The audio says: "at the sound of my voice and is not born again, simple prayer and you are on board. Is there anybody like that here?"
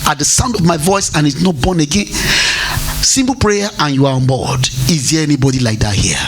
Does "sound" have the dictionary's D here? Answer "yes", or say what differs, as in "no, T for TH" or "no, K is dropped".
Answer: yes